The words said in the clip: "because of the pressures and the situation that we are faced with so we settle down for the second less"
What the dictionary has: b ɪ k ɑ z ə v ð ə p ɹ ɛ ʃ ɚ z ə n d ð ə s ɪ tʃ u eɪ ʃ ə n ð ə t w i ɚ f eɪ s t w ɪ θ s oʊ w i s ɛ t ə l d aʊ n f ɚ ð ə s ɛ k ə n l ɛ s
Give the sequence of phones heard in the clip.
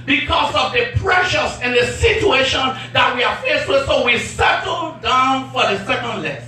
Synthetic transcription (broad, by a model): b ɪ k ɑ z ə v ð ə p ɹ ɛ ʃ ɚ s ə n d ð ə s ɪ tʃ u eɪ ʃ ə n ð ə t w i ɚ f eɪ s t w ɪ s oʊ w i s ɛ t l d aʊ n f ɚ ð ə s ɛ k ə n l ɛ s